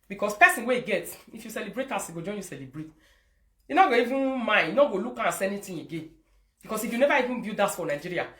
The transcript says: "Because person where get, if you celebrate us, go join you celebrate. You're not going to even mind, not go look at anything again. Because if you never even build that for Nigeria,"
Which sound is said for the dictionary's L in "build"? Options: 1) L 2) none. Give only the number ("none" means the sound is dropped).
2